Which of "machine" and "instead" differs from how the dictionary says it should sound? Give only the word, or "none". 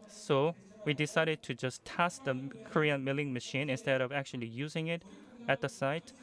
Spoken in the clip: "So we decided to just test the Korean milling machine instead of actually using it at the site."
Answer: none